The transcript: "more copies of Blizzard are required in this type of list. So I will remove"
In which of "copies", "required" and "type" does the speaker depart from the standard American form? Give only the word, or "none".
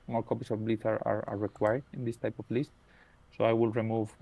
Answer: copies